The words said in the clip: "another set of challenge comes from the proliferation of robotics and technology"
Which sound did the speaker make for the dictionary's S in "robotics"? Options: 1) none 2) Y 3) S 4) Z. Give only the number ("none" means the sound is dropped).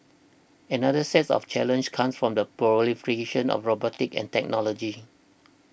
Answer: 1